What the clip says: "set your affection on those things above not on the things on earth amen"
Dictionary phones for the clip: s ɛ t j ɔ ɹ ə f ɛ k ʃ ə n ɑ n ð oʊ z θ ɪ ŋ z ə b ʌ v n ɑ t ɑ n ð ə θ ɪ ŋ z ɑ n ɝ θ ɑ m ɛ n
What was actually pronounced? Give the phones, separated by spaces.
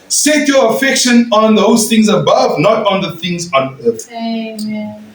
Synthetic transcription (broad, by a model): s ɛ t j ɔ ə f ɛ k ʃ ə n ɑ n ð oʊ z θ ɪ ŋ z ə b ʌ v n ɑ t ɑ n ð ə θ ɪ ŋ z ɑ n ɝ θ